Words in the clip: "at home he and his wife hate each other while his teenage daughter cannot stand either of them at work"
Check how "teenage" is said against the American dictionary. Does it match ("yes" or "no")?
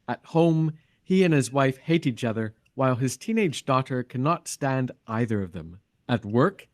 yes